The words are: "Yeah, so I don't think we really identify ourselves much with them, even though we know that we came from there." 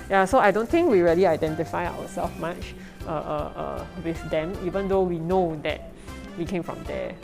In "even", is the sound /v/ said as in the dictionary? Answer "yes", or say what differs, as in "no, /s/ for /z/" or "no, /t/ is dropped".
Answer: yes